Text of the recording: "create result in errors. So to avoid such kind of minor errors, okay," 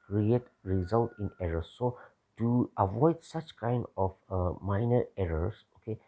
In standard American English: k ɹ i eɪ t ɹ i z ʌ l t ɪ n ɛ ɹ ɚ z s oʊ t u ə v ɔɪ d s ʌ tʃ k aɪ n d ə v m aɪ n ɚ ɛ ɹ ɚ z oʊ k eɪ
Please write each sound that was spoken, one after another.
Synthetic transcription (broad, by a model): k ɹ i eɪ t ɹ i z ʌ l t ɪ n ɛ ɹ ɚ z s oʊ t u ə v ɔɪ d s ʌ tʃ k aɪ n d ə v m aɪ n ɚ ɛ ɹ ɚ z oʊ k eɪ